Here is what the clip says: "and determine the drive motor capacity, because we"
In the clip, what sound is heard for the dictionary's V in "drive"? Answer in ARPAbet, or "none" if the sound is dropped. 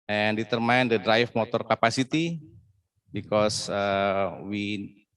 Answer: F